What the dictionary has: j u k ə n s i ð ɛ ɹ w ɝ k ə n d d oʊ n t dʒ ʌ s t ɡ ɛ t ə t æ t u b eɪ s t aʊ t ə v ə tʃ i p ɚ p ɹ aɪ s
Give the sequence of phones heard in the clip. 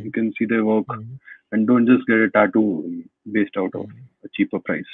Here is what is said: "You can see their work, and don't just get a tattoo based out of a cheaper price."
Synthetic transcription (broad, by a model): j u k ə n s i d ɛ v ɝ k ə n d d oʊ n t dʒ ʌ s t ɡ ɛ t ə t æ t u b eɪ s t aʊ t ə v ə tʃ i p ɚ p ɹ aɪ s